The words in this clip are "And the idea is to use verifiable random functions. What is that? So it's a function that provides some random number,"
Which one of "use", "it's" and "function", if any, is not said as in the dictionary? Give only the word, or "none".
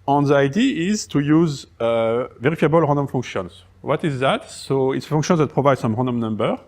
function